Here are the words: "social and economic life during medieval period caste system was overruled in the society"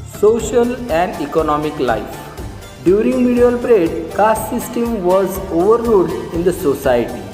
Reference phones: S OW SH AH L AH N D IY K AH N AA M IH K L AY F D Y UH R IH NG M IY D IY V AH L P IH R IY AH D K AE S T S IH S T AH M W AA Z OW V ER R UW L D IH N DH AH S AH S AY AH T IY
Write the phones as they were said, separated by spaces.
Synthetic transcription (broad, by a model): S OW SH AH L AH N D IY K AH N AA M IH K L AY F D Y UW R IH NG M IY D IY AH L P R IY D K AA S S IH S T AH M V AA Z OW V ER R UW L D IH N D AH S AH S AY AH T IY